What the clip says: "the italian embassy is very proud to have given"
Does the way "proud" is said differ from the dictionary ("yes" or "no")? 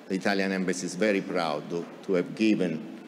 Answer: no